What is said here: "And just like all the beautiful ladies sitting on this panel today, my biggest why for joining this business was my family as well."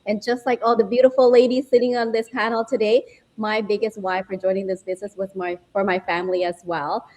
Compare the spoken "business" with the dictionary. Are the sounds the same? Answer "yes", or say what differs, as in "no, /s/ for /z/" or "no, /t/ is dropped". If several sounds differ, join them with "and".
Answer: yes